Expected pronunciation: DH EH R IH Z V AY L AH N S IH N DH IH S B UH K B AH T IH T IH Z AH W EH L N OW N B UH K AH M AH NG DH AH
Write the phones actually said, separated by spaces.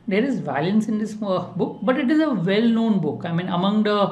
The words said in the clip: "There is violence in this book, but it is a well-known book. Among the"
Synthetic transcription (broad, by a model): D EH R IH Z V AY L AH N S IH N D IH S B UH K B AH T IH T IH Z AH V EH L N OW N B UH K AH M AH NG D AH